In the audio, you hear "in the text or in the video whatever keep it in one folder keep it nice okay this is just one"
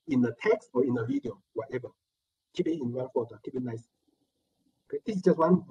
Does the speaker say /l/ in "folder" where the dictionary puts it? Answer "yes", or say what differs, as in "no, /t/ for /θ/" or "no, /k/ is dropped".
no, /l/ is dropped